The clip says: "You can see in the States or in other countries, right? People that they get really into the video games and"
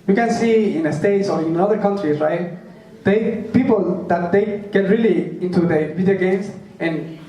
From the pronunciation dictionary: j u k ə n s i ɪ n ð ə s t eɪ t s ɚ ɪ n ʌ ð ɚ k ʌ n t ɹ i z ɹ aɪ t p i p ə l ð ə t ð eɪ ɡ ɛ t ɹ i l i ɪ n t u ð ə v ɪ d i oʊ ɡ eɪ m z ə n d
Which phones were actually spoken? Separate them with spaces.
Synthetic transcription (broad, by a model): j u k ə n s i ɪ n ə s t eɪ t s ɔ ɪ n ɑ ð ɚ k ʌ n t ɹ i s ɹ aɪ t p i p ə l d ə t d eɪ ɡ ɛ t ɹ i l i ɪ n t u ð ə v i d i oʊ ɡ eɪ m s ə n